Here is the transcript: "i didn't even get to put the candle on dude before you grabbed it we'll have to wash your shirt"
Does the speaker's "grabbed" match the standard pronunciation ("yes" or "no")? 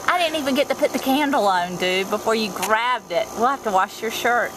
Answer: yes